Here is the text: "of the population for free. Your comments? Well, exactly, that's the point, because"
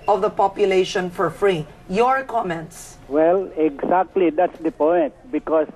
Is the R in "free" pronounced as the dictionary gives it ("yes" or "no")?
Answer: yes